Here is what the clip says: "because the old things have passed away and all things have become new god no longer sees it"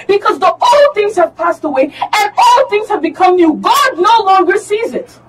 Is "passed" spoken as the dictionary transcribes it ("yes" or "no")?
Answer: yes